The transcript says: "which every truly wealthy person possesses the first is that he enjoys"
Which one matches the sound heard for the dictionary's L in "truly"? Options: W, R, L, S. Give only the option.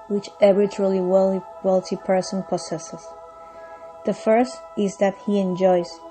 W